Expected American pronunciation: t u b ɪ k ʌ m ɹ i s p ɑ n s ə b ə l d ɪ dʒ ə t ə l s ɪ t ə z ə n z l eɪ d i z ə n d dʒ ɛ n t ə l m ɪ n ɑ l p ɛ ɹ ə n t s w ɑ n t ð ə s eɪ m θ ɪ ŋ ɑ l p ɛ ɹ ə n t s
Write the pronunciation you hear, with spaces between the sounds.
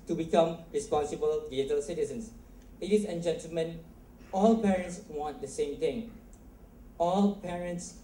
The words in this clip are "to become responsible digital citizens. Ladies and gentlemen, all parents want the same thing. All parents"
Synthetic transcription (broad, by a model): t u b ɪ k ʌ m ɹ i s p ɑ n s ə b ə l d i ə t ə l s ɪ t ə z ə n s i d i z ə n dʒ ɛ n t ə l m ɪ n ɑ l p ɛ ɹ ə n t s w ɑ n t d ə s eɪ m t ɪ ŋ ɑ l p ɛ ɹ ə n t s